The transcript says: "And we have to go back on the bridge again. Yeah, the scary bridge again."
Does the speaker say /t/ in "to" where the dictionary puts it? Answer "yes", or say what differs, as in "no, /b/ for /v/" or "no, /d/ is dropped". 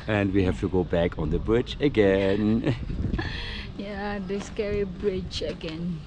yes